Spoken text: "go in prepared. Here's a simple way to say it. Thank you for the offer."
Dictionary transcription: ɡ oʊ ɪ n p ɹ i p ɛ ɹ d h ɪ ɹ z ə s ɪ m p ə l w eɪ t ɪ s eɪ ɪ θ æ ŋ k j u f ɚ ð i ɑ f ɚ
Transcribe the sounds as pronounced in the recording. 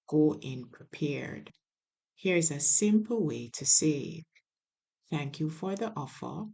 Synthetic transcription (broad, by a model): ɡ oʊ ɪ n p ɹ i p ɛ ɹ d h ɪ ɹ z ə s ɪ m p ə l w eɪ t ɪ s eɪ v θ æ ŋ k j u f ɚ ð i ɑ f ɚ